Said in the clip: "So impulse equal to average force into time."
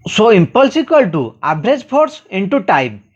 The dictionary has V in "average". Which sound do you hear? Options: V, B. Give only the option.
B